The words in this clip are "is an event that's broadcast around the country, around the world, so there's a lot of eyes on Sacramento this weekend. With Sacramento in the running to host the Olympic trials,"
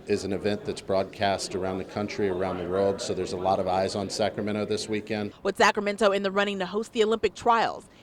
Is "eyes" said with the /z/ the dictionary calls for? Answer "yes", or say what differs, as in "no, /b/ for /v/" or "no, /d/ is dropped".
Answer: yes